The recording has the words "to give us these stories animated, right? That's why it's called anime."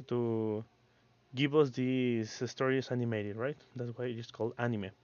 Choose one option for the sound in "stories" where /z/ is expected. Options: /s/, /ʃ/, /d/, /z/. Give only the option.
/s/